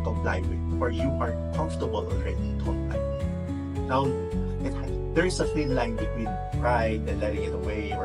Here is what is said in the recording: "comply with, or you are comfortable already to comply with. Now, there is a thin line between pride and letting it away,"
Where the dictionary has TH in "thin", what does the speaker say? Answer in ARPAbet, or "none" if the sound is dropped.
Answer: F